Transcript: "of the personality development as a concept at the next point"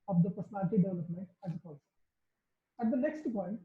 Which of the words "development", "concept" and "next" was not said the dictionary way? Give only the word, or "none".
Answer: concept